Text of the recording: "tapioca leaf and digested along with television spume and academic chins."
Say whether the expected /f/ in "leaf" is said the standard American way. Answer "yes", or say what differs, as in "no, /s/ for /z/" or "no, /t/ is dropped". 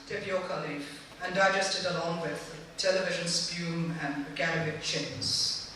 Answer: no, /f/ is dropped